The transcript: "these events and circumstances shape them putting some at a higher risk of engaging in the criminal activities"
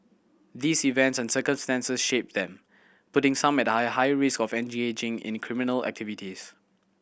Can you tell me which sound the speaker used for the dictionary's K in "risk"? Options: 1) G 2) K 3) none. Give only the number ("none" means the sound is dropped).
2